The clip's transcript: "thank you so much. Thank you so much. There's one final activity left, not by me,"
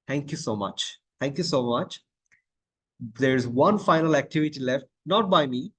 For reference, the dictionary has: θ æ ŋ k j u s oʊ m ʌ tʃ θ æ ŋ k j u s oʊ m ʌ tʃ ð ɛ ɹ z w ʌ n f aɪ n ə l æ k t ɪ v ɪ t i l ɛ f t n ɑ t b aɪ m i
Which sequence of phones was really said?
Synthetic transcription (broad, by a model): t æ ŋ k j u s oʊ m ʌ tʃ t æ ŋ k j u s oʊ m ʌ tʃ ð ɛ ɹ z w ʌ n f aɪ n ə l æ k t ɪ v ɪ t i l ɛ f t n ɑ t b aɪ m i